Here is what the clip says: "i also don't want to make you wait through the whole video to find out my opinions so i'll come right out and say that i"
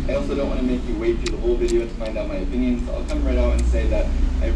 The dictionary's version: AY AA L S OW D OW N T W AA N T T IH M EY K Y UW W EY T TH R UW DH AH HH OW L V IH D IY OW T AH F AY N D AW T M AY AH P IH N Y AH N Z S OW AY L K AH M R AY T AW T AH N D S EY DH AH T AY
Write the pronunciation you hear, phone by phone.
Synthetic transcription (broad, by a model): AY AA L S OW D OW N T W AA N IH M EY K Y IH W EY T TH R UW DH AH HH OW L V IH D IY OW T AH F AY N D AW T M AY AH P IH N Y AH N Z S AY L K AH M R AY T AW T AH N S EY DH AH T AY